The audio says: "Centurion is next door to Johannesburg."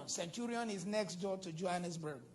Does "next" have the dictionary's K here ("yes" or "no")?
yes